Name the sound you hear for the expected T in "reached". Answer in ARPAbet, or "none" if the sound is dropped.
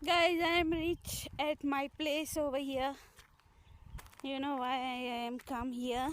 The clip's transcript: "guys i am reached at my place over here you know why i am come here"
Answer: none